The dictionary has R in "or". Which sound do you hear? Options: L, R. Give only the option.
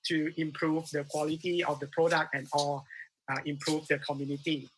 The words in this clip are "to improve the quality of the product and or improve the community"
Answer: L